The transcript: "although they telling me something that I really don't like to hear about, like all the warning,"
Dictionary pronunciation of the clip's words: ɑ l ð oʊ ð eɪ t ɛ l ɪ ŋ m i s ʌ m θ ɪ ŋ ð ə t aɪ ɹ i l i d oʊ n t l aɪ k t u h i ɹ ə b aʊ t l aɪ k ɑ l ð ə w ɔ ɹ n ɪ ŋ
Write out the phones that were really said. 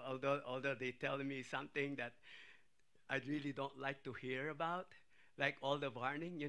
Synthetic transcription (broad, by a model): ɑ l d oʊ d eɪ t ɛ l m i s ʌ m t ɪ ŋ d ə t aɪ ɹ i l i d oʊ n t l aɪ k t u h i ɹ ə b aʊ t l aɪ k ɑ l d ə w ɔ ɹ n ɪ ŋ